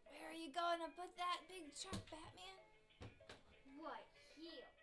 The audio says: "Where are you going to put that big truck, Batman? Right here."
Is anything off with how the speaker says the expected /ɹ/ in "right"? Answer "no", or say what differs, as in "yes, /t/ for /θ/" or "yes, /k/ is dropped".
yes, /w/ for /ɹ/